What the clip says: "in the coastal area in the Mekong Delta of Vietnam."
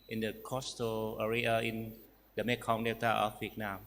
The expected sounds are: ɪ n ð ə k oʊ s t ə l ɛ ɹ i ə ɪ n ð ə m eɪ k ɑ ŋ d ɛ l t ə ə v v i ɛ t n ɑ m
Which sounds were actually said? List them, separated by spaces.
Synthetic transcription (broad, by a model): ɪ n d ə k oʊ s t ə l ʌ ɹ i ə ɪ n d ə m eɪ k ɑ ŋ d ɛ t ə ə f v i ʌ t n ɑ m